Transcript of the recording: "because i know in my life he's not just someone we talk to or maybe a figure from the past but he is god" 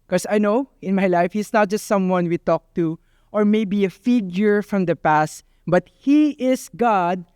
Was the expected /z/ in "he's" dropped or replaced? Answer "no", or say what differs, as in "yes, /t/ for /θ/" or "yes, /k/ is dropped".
yes, /s/ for /z/